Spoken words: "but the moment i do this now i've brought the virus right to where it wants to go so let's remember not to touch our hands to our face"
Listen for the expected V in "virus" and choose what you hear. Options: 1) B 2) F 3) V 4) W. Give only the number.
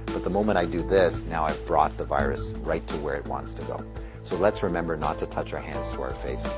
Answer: 3